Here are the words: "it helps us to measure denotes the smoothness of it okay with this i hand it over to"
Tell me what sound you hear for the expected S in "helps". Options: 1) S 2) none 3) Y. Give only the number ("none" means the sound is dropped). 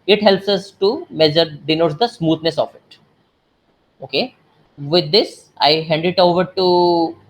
1